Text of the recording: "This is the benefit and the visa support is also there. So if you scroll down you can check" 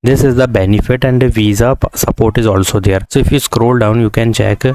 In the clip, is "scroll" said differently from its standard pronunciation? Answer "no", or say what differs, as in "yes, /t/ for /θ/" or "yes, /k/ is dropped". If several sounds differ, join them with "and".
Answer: no